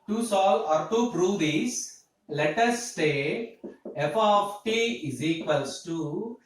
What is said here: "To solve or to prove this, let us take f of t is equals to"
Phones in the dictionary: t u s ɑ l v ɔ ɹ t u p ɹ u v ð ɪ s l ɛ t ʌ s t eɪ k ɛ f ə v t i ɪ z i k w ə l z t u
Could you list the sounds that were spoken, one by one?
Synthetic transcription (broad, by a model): t u s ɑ l ɔ ɹ t u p ɹ u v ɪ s l ɛ t ʌ s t eɪ ɛ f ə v t i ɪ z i k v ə l s t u